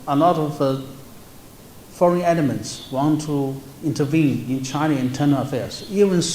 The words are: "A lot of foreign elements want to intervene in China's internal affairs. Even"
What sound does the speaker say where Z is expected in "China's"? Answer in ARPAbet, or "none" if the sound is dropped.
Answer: none